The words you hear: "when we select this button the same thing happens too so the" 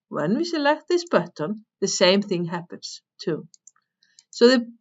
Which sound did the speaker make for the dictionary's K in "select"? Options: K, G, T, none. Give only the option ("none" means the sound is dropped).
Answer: K